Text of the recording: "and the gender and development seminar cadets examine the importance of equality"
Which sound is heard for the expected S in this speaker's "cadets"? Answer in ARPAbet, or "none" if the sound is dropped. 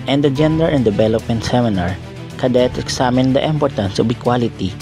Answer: none